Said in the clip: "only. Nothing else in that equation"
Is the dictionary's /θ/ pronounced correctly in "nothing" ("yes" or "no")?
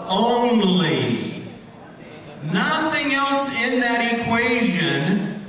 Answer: yes